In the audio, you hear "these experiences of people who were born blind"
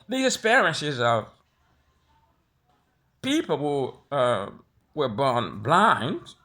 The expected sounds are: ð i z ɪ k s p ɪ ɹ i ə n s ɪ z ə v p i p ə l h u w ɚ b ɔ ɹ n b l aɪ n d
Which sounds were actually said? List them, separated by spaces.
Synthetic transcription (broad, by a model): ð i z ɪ s p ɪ ɹ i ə n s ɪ z ə v p i p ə l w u w ɚ b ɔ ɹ n b l aɪ n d